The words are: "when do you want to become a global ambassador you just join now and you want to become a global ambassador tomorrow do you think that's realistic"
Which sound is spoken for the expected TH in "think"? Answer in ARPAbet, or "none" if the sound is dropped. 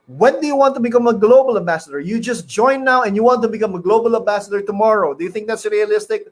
TH